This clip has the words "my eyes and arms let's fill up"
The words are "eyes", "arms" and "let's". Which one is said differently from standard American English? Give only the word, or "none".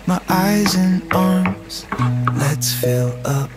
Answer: none